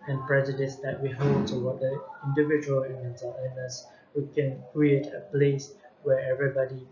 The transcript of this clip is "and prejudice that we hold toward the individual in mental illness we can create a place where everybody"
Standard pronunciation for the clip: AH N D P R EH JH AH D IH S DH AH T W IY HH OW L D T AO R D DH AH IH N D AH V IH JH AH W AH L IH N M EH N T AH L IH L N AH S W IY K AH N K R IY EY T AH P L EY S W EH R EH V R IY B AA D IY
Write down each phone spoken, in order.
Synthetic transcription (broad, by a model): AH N P R EH JH AH D IH S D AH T W IY HH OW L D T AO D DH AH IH N D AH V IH JH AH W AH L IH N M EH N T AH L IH N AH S W IY K AH N K R IY EY T AH P L EY S W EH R EH V R IY B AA D IY